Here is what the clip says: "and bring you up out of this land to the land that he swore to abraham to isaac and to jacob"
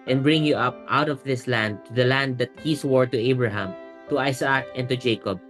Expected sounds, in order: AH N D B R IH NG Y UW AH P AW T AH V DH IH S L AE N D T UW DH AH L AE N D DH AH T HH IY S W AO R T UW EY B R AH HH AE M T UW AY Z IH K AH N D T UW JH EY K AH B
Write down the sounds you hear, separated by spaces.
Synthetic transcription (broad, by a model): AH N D B R IH NG Y UW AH P AW T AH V DH IH S L AE N D T UW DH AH L AE N D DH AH T HH IY S W AO R T UW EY B R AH HH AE M T UW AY S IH K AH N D T UW JH EY K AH B